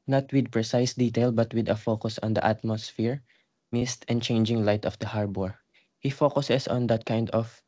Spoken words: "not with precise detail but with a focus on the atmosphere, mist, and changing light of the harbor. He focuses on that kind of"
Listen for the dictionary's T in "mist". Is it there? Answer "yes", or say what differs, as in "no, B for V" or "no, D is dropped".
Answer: yes